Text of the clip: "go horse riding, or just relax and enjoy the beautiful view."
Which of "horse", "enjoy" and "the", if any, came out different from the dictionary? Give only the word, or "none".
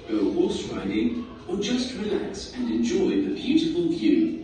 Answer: horse